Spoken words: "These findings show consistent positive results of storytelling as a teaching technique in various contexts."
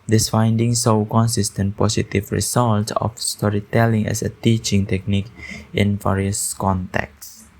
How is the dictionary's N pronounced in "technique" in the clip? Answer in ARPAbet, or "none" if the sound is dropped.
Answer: N